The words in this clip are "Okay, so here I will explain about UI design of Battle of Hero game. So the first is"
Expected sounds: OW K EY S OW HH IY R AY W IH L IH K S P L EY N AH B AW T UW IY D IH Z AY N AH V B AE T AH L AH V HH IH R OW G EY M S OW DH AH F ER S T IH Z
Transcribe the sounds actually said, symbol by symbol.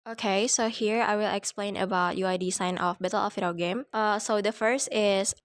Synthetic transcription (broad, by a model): OW K EY S OW HH IY R AY W IH L IH K S P L EY N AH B AW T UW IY D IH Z AY N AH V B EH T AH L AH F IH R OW G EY M S OW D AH F ER S T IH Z